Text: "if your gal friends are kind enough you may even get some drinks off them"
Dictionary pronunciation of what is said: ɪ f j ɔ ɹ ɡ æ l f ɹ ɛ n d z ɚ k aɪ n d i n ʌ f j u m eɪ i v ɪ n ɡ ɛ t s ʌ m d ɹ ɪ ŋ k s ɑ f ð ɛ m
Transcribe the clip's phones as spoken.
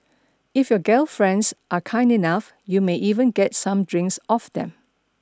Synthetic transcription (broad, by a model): ɪ f j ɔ ɡ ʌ l f ɹ ɛ n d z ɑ k aɪ n d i n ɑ f j u m eɪ i v ɪ n ɡ ɛ t s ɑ m d ɹ ɪ ŋ k s ɑ f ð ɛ m